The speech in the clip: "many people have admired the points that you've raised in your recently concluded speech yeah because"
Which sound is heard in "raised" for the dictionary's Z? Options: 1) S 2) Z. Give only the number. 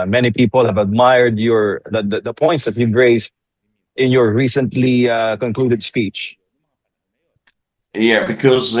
1